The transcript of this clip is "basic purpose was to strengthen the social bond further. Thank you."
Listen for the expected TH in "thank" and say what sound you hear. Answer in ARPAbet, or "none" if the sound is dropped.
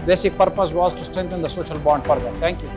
T